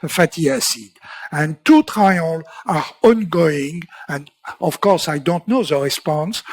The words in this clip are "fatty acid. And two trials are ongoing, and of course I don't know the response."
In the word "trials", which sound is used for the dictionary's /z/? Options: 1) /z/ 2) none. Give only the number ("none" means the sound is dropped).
2